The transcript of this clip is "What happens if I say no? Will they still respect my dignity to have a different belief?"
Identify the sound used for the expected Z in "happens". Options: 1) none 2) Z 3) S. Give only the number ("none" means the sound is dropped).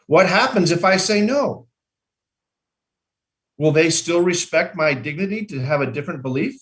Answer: 2